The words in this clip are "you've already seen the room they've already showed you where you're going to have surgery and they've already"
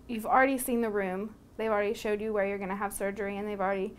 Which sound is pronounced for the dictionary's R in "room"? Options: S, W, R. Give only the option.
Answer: R